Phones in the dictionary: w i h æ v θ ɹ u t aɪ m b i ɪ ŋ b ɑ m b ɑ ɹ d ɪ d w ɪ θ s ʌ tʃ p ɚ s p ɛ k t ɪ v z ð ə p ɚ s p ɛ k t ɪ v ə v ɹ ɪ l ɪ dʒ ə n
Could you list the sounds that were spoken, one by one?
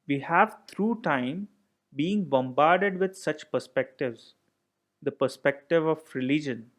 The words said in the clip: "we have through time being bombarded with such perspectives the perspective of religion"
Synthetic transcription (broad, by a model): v i h æ v t ɹ u t aɪ m b i ɪ ŋ b ɑ m b ɑ ɹ d ɪ d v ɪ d s ʌ tʃ p ɚ s p ɛ k t ɪ v z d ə p ɚ s p ɛ k t ɪ v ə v ɹ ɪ l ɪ dʒ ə n